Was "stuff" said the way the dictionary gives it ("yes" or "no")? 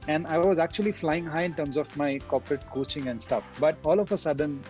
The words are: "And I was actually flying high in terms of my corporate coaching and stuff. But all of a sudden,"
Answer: yes